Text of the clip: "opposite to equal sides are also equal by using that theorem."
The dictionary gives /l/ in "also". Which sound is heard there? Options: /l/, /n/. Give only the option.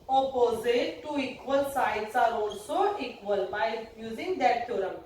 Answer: /n/